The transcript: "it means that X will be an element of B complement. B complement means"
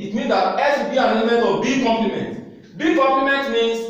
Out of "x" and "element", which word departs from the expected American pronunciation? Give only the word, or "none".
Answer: x